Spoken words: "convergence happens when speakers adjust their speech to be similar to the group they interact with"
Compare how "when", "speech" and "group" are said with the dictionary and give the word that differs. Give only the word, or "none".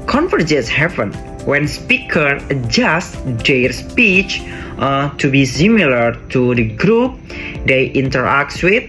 none